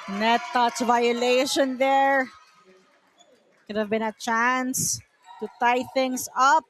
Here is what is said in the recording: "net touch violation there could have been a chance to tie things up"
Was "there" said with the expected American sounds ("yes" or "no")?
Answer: yes